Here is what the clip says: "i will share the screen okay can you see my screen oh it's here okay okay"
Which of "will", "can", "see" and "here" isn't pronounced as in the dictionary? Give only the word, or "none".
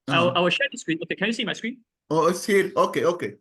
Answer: will